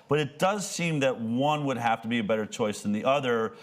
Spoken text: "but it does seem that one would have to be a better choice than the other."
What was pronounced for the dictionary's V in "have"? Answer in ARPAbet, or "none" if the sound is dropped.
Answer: F